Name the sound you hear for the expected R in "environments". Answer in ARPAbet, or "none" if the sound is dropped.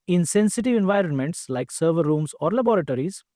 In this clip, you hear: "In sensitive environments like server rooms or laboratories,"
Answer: R